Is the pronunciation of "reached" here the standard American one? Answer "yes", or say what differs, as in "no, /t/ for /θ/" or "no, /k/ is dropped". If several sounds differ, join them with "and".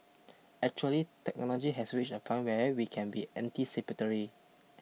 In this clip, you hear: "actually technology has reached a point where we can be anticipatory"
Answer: no, /t/ is dropped